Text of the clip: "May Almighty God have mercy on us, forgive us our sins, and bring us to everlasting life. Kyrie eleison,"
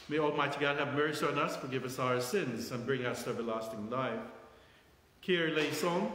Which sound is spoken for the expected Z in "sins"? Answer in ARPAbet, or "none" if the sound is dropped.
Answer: Z